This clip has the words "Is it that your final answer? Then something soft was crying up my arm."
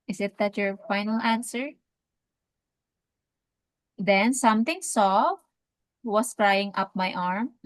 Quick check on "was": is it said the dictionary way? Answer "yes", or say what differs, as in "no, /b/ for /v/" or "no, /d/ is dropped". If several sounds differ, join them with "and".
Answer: no, /s/ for /z/